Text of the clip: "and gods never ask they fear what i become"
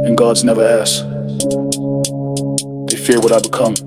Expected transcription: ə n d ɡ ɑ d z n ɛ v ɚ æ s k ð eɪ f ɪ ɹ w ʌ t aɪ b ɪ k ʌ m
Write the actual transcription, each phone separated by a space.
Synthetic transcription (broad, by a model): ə n ɡ ɑ d z n ɛ v ɚ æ s ð eɪ f ɪ ɹ w ʌ t aɪ b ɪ k ʌ m